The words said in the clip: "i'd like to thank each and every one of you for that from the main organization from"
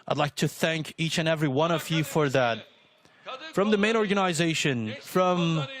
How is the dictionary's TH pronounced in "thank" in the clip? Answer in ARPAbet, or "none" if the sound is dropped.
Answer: TH